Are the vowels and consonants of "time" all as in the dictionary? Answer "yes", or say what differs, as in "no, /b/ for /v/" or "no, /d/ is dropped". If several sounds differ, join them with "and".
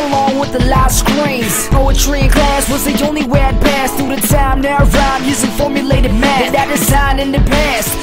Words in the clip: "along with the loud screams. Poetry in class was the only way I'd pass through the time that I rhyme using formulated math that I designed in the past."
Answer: no, /s/ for /t/